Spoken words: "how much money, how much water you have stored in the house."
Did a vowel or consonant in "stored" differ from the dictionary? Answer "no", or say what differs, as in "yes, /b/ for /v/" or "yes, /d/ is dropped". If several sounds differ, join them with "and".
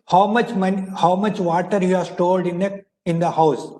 yes, /l/ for /ɹ/